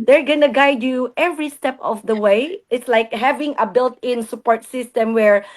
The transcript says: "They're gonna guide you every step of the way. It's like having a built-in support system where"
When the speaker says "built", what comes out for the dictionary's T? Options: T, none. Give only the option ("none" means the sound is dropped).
T